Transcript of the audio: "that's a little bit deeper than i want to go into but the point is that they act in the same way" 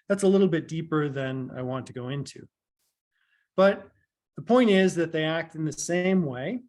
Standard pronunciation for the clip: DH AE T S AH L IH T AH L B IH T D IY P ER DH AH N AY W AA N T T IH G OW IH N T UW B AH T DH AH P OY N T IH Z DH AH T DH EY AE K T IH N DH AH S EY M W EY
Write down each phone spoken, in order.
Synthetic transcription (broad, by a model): DH AE T S AH L IH T L B IH T D IY P ER DH AH N AY W AA N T T IH G OW IH N T UW B AH T DH AH P OY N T IH Z DH AH T DH EY AE K T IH N DH AH S EY M W EY